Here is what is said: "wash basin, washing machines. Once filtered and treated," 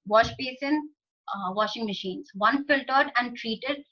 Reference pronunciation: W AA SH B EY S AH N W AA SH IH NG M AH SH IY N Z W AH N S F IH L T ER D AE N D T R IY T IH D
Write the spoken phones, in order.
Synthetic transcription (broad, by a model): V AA SH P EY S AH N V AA SH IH NG M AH SH IY N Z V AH N F IH L T ER D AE N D T R IY T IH D